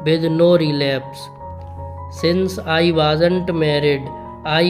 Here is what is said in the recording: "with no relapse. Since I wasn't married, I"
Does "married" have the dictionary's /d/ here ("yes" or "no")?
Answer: yes